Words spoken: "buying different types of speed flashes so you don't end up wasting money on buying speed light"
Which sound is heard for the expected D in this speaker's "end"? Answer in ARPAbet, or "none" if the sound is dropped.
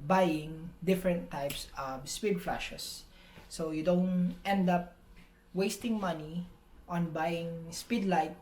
D